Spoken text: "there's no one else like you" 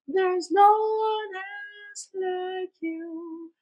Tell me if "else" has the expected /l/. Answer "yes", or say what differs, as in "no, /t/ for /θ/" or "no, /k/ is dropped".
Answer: no, /l/ is dropped